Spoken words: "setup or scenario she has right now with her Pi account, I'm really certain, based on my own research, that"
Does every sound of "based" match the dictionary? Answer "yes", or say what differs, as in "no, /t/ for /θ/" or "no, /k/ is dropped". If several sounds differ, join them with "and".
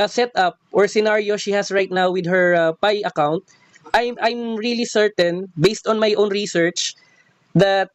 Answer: yes